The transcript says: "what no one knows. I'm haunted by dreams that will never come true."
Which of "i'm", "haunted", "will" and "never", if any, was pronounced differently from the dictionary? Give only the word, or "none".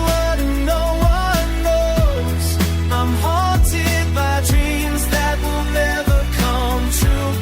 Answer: haunted